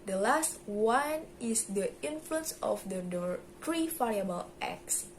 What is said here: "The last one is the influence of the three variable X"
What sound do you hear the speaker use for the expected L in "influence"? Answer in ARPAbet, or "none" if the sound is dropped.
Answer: L